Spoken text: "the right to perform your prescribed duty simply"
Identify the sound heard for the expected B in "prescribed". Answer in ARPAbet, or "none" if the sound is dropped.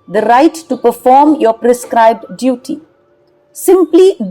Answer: B